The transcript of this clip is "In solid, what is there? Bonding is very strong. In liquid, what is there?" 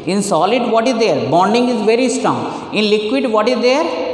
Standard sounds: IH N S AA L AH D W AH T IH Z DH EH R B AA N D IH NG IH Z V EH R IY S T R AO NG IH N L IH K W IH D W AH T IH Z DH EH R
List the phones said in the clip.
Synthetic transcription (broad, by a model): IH N S AA L AH D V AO T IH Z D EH R B AA N D IH NG IH Z V EH R IY S T R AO NG IH N L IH K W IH D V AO T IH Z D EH R